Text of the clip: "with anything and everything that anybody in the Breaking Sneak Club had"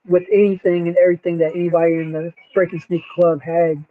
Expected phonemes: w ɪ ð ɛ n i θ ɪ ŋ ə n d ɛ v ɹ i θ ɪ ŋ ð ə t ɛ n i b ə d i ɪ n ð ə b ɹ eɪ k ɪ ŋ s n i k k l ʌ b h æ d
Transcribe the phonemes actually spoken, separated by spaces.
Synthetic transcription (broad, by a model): w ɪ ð ɛ n i θ ɪ ŋ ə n ɛ v ɹ i θ ɪ ŋ ð ə t ɛ n i b ə d i ɪ n ð ə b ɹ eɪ k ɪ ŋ s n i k k l ʌ b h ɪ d